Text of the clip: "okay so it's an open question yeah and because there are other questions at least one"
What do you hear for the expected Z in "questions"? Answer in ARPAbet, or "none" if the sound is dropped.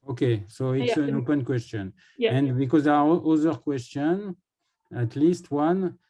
none